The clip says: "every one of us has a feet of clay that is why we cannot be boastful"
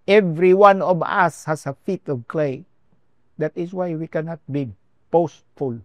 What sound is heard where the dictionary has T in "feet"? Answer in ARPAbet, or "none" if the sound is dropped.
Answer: T